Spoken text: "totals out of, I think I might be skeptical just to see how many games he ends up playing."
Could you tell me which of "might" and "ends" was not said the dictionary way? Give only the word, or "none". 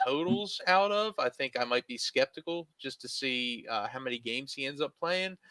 none